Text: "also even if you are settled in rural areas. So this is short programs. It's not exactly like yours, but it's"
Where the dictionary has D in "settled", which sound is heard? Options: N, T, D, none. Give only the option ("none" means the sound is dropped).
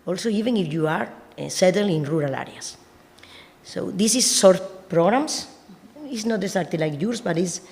none